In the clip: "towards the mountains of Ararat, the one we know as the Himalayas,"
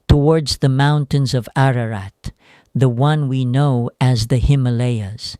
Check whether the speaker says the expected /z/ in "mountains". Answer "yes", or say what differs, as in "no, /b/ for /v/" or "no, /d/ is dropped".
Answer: yes